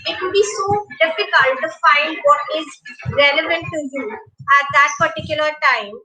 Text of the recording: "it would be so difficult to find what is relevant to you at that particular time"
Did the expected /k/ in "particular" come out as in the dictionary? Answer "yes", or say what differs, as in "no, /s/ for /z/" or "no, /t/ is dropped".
yes